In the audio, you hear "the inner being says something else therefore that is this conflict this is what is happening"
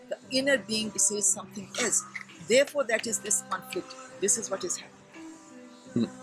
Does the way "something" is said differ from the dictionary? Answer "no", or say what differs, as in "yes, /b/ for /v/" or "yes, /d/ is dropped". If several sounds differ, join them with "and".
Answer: yes, /t/ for /θ/